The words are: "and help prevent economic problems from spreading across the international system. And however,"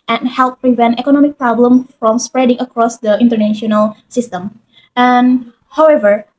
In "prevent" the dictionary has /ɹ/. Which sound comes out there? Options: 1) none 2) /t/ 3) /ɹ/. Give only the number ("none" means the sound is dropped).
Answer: 3